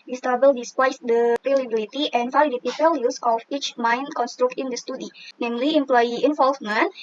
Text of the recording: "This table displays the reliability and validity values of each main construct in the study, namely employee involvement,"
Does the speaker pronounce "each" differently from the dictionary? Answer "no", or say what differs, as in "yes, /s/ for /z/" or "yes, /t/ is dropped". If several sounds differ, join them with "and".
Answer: no